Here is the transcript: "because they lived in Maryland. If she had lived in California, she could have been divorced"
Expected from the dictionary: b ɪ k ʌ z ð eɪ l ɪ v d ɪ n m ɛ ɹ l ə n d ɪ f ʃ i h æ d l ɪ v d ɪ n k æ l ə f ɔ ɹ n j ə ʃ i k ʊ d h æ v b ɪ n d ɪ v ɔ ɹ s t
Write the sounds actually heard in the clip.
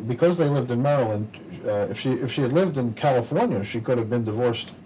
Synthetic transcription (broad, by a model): b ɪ k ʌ z ð eɪ l ɪ v d ɪ n m ɛ ɹ l ə n d ɪ f ʃ i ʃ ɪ d l ɪ v d ɪ n k æ l ə f ɔ ɹ n j ə ʃ i k ʊ d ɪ v b ɪ n d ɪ v ɔ ɹ s t